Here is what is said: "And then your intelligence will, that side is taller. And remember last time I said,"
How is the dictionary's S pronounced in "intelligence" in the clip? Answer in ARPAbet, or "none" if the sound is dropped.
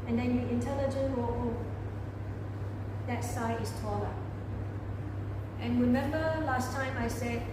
none